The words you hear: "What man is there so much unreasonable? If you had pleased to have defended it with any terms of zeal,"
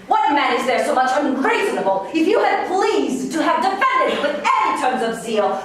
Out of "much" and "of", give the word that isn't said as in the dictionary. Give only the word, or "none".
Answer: none